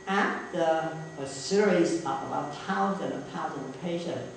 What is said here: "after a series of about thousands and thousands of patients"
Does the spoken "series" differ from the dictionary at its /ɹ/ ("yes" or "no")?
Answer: no